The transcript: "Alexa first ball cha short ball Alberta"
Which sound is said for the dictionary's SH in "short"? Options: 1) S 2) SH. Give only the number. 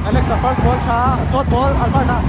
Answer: 1